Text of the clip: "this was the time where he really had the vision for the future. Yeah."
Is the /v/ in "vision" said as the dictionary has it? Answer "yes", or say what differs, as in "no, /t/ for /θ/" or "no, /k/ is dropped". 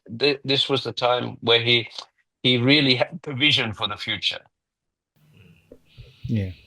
yes